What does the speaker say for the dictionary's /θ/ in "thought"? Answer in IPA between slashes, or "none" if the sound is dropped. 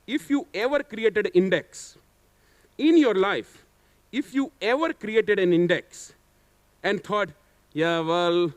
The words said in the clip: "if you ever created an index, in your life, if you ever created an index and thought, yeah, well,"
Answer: /t/